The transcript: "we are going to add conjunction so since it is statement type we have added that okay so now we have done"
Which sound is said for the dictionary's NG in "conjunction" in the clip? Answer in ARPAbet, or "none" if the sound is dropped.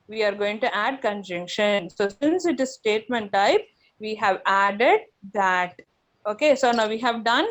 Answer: NG